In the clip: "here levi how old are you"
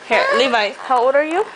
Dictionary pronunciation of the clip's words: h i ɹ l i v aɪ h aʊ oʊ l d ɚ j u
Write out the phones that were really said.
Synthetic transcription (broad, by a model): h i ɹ l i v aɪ h aʊ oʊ d ɚ j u